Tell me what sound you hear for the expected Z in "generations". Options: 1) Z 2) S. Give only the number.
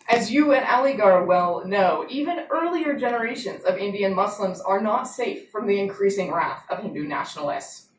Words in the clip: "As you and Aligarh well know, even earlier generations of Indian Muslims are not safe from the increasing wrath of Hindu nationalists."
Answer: 1